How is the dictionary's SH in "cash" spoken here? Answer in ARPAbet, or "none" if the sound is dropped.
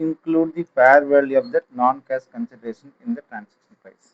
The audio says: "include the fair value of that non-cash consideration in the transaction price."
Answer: S